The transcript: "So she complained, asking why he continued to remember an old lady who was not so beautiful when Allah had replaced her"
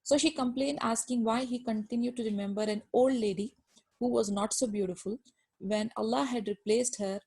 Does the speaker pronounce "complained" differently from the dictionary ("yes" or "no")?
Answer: no